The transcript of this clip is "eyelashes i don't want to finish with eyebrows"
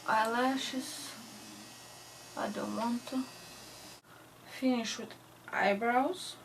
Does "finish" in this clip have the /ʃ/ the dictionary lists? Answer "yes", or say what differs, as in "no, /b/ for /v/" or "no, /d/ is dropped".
yes